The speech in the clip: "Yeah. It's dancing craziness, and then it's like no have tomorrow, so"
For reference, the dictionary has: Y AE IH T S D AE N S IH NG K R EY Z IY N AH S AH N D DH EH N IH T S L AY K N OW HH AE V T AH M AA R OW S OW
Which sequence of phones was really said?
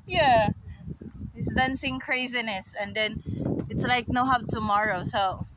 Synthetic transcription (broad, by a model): Y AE IH T S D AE N S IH NG K R EY Z IY N AH S AH N D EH N IH T S L AY K N OW HH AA P T AH M AA R OW S OW